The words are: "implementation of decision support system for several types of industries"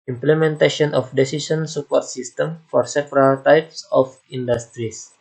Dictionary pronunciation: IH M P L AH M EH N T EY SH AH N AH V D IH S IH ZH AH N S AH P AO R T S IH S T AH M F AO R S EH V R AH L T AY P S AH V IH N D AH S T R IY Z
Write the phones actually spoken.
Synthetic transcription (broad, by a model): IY M P L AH M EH N T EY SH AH N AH F D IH S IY S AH N S AH P AO R T S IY S T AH M F AO R S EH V R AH L T AY P S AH F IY N D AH S T R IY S